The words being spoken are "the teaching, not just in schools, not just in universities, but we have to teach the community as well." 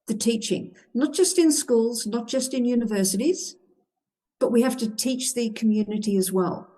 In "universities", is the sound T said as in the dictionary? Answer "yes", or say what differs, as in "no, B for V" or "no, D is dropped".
yes